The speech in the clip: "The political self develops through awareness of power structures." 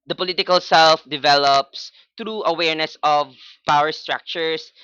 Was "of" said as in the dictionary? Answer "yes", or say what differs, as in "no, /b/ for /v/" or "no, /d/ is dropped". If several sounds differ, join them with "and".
yes